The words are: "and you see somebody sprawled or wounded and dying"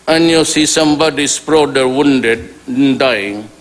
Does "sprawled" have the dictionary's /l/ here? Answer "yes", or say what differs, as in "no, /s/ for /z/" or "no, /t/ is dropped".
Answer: no, /l/ is dropped